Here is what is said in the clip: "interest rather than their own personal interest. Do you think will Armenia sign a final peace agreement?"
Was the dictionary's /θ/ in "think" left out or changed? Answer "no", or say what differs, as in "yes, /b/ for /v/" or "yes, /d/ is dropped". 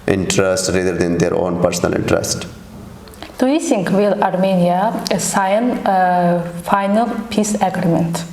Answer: yes, /s/ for /θ/